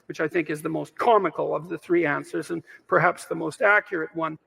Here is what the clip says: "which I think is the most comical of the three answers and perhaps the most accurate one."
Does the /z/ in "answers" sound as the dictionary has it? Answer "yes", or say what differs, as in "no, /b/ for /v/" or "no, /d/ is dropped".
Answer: yes